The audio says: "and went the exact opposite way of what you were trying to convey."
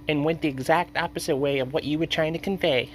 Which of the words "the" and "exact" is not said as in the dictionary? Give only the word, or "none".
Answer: none